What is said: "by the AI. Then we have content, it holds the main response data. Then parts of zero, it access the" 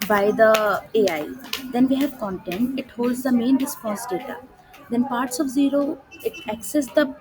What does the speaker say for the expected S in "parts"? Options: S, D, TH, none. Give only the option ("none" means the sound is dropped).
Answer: S